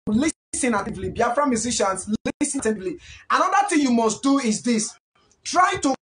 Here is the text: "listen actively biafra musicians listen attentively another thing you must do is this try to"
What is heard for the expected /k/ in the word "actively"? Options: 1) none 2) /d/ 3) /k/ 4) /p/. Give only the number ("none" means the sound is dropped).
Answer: 1